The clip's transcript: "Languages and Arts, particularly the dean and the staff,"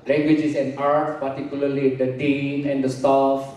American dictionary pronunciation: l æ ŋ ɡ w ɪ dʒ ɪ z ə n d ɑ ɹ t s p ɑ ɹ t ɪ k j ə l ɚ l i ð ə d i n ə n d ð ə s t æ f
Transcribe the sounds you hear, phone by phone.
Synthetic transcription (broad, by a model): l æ ŋ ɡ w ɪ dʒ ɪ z ə n d ɑ ɹ t s p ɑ ɹ t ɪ k j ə l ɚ l i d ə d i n ə n d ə s t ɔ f